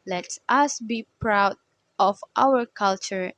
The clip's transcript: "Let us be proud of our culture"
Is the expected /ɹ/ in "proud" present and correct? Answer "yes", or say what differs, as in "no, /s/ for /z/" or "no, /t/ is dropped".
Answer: yes